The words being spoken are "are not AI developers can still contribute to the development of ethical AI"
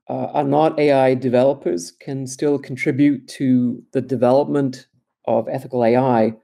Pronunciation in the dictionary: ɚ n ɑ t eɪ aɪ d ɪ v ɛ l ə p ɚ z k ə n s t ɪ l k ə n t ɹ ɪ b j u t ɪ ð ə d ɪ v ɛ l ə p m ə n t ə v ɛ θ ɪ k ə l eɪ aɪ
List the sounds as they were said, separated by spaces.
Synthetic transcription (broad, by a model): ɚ n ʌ t eɪ aɪ d ɪ v ɛ l ə p ɚ z k ə n s t ɪ l k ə n t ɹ ɪ b j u t ɪ ð ə d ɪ v ɛ l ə p m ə n t ə v ɛ θ ɪ k ə l eɪ aɪ